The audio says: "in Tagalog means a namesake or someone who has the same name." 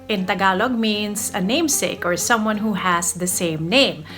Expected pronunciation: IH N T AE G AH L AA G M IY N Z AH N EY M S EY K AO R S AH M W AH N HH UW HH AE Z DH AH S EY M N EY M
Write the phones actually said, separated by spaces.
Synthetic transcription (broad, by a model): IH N T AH G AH L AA G M IY N S AH N EY M S EY K AO R S AH M W AH N HH UW HH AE S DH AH S EY M N EY M